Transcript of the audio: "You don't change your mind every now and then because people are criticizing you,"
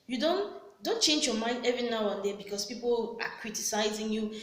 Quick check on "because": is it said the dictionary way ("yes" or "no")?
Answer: no